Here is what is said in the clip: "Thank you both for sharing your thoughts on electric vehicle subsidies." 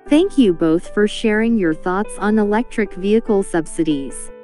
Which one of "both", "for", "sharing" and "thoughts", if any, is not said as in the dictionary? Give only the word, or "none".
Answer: none